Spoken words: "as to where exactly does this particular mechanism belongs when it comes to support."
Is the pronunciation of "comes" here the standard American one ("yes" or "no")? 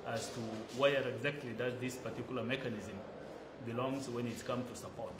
no